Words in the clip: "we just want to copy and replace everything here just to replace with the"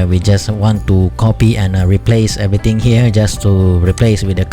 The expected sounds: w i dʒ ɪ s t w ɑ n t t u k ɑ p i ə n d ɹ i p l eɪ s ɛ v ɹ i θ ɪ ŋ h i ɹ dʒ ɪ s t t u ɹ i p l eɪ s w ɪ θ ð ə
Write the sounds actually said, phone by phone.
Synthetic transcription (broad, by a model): w i dʒ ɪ s w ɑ n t t u k ɑ p i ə n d ɹ i p l eɪ s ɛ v ɹ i t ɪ ŋ h i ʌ dʒ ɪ s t t u ɹ i p l eɪ s w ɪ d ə